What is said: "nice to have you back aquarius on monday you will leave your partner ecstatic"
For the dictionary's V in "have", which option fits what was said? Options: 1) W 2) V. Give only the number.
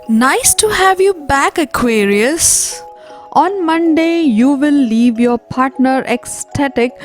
2